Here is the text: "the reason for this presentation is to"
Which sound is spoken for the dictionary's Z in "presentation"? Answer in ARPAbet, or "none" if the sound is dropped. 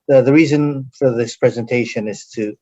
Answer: Z